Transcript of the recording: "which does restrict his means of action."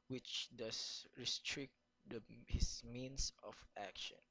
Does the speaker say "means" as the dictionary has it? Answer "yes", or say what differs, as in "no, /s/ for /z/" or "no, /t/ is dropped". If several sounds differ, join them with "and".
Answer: no, /s/ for /z/